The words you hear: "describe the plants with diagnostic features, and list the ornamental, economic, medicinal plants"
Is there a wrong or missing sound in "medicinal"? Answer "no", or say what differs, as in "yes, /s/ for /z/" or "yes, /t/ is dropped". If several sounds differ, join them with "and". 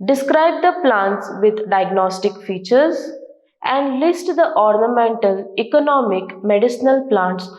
no